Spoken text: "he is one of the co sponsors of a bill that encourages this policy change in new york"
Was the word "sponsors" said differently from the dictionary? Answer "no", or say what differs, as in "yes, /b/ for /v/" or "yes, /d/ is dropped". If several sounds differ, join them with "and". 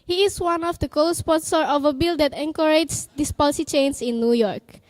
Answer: yes, /z/ is dropped